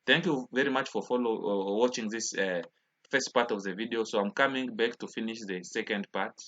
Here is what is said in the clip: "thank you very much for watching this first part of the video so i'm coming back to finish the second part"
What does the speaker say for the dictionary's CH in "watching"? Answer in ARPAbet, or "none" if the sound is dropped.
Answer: CH